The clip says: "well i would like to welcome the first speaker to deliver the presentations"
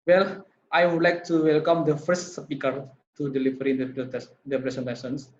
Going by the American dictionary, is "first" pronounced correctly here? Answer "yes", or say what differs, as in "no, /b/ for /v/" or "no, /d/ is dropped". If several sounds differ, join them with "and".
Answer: yes